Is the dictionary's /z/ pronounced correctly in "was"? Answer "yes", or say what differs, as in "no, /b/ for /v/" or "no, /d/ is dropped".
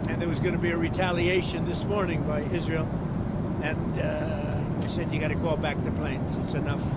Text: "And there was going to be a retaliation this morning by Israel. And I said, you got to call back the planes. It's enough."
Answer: yes